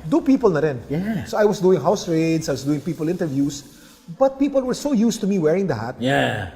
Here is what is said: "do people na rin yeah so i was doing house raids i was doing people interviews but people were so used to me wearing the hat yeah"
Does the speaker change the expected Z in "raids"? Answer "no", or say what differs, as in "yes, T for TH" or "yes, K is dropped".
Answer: yes, S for Z